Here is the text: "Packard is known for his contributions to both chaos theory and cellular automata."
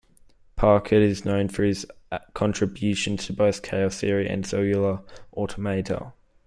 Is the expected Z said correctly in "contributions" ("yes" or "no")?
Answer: no